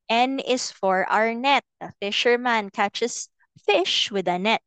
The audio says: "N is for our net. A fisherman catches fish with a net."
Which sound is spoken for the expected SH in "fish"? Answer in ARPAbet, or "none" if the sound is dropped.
SH